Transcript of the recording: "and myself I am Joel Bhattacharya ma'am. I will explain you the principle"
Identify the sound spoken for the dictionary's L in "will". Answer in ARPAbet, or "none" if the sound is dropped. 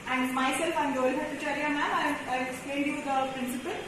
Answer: N